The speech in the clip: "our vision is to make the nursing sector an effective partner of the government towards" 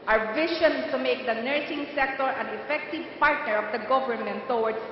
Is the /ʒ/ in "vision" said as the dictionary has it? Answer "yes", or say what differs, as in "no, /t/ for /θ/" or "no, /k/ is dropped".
no, /ʃ/ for /ʒ/